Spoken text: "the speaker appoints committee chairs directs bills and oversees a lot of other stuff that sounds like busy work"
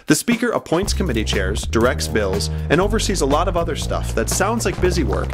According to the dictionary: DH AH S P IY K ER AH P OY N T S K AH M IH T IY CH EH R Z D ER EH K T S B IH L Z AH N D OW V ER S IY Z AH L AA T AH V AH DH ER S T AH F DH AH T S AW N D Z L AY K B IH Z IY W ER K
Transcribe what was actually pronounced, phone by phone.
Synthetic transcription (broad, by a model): DH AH S P IY K ER AH P OY N T S K AH M IH T IY CH EH R Z D ER EH K T S B IH L Z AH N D OW V ER S IY Z AH L AA T AH V AH DH ER S T AH F DH AH T S AW N D Z L AY K B IH Z IY W ER K